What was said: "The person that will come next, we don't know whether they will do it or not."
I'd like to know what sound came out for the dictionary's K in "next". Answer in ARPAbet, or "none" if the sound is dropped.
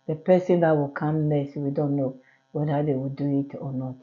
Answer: none